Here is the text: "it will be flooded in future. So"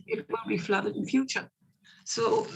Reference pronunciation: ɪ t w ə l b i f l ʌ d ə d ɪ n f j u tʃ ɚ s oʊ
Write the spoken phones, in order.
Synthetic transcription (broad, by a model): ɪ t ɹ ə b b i f l ʌ d ə d ɪ n f j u tʃ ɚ s oʊ